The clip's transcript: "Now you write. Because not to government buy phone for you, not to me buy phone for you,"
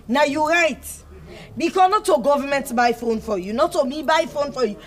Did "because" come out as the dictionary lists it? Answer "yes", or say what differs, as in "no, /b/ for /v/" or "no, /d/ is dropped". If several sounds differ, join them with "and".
no, /z/ is dropped